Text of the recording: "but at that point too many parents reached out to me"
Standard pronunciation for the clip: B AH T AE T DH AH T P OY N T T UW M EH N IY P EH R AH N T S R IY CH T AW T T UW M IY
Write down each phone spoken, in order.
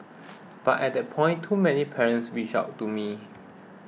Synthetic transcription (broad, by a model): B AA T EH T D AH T P OY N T T UW M EH N IY P EH R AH N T S W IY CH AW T T UW M IY